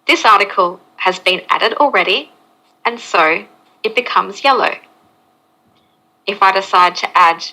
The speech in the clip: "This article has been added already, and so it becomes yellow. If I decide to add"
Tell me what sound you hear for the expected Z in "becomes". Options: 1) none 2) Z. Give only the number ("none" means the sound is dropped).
2